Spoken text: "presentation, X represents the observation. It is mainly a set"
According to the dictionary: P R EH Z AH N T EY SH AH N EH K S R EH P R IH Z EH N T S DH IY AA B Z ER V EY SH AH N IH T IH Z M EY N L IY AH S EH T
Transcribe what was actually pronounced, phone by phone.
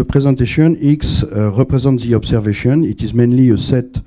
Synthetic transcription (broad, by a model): P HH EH Z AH T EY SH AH N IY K S R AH P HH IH Z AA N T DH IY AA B S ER V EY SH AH N IH T IH Z M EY N L IY AH S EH T